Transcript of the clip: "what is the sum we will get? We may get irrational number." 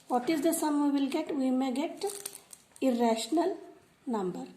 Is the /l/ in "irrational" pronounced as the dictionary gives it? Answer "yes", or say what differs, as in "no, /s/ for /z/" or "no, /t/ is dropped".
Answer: yes